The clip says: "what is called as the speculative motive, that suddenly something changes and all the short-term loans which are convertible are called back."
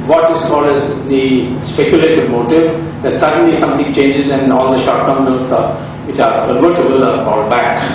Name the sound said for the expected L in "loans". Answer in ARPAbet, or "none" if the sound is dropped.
N